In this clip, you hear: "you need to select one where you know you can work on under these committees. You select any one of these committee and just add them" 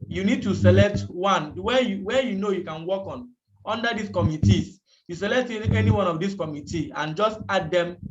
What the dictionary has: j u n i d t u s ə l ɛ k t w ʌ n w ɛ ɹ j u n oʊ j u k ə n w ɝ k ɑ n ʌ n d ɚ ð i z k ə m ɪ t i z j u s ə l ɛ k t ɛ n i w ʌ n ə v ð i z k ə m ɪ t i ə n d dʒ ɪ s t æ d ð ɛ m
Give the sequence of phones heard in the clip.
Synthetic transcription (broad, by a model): j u n i d t u s ə l ɛ k t w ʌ n w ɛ w j u n oʊ j u k ə n w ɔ k ɑ n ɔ n d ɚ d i s k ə m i t i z j u s ə l ɛ k t ɛ n i w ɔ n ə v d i s k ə m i t i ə n dʒ ɪ s t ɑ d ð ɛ m